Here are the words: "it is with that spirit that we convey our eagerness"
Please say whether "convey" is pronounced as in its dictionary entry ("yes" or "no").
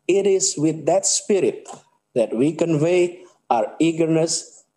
yes